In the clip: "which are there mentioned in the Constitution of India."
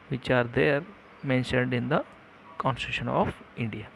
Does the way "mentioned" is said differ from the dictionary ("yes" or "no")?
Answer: no